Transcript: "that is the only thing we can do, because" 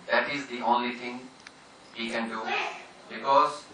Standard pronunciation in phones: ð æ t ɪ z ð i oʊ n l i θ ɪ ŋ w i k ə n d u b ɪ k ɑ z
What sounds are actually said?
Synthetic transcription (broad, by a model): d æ t ɪ z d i oʊ n l i t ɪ ŋ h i k ə n d u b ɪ k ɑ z